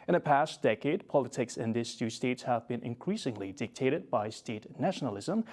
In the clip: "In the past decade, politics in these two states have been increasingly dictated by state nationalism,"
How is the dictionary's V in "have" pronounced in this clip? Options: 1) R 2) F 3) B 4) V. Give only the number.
4